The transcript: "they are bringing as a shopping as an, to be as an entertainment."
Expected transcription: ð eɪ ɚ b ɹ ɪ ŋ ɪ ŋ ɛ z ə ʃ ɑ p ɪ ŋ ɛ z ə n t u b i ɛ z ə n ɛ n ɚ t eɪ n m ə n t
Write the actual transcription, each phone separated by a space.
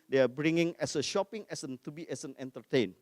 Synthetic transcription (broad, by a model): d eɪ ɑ b ɹ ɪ ŋ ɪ ŋ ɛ s ə ʃ ɑ p ɪ ŋ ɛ s ə n t u b i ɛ s ə n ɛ n t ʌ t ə n